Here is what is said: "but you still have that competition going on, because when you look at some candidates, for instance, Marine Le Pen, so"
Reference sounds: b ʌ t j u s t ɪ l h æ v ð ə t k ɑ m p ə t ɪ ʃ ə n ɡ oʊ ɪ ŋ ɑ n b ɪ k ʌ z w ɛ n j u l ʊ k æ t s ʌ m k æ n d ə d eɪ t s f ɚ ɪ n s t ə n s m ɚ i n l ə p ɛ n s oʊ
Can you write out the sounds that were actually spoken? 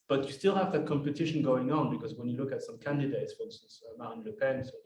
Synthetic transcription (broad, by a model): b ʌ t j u s t ɪ l h æ v ð ə t k ɑ m p ə t ɪ ʃ ə n ɡ oʊ ɪ ŋ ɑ n b ɪ k ʌ z w ɛ n j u l ʊ k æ t s ʌ m k æ n d ə d eɪ t s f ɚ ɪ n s s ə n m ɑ n l ə p ɛ n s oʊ